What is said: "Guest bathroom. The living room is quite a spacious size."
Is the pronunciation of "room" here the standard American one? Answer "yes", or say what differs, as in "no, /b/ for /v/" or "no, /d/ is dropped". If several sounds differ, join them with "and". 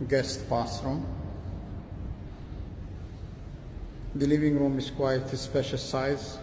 yes